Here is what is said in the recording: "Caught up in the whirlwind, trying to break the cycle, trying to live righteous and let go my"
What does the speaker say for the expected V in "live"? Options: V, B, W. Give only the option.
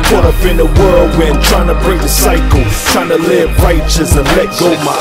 B